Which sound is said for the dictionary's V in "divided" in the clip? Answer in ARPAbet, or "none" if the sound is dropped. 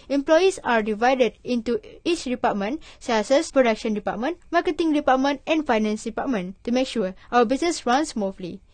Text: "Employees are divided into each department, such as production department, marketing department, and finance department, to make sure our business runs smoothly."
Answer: V